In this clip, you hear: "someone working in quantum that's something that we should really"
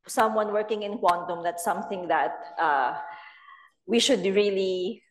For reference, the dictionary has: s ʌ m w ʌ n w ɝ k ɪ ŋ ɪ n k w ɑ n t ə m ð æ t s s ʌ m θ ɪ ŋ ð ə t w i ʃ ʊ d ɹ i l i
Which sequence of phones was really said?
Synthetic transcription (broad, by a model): s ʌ m w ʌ n w ɝ k ɪ ŋ ɪ n k w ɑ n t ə m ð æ t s s ʌ m θ ɪ ŋ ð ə t w i ʃ ʊ d ɹ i l i